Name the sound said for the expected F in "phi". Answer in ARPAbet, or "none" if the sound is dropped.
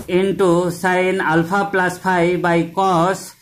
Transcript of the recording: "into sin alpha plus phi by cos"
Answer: P